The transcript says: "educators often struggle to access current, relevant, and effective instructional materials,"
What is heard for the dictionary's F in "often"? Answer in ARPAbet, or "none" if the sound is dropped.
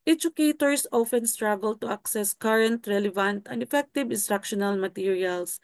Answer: F